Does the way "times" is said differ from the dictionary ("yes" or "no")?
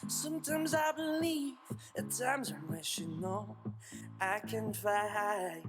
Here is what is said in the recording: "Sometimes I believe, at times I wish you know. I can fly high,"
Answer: no